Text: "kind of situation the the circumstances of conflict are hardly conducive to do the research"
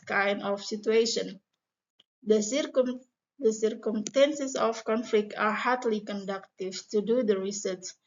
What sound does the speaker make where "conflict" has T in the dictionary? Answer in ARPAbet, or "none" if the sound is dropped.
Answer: T